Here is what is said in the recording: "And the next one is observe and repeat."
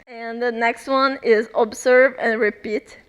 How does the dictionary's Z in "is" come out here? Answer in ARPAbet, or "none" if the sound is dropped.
Z